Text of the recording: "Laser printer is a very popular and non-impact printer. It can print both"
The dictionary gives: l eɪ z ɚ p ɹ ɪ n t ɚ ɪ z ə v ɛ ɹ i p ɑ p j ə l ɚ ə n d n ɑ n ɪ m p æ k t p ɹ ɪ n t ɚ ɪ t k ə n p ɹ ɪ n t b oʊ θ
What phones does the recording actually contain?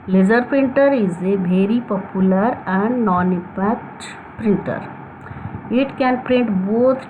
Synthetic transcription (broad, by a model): l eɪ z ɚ p ɹ ɪ n t ɚ ɪ z ə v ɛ ɹ i p ɑ p j ə l ɚ ə n d n ɑ n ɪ p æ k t p ɹ ɪ n t ɚ ɪ t k ə n p ɹ ɪ n t b oʊ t